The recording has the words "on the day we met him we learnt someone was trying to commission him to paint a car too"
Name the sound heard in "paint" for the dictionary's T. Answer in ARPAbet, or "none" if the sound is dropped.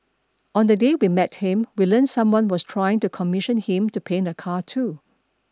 none